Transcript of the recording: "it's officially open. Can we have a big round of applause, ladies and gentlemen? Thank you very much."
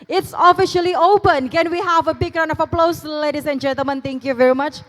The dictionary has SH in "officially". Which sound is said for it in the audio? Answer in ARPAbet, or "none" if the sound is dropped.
SH